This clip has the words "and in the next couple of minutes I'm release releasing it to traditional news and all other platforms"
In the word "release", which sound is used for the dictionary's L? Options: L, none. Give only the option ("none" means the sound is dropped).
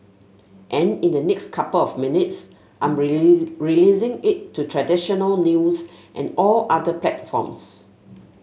none